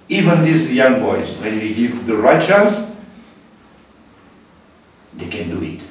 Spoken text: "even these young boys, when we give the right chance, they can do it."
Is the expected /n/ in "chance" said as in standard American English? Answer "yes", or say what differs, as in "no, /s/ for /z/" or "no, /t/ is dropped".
no, /n/ is dropped